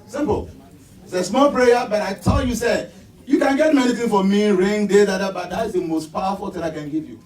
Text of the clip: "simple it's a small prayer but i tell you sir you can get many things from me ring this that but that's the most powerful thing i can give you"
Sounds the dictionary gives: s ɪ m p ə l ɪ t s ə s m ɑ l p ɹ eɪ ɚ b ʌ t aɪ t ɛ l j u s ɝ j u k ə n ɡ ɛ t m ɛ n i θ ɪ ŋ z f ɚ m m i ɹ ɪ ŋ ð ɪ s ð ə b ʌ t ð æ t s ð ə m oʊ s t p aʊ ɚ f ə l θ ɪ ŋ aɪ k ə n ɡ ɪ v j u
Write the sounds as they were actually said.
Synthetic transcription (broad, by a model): s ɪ m p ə l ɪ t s ə s m ɑ l p ɹ eɪ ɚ b ʌ t aɪ t ɛ l j u s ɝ j u k ə n ɡ ɛ t m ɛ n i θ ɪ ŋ f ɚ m m i ɹ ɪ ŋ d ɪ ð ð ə b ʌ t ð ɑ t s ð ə m oʊ s t p aʊ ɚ f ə l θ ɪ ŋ aɪ k ə n ɡ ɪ v j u